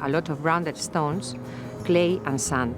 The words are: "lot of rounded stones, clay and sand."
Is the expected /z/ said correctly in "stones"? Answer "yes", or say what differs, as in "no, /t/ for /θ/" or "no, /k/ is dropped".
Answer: no, /s/ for /z/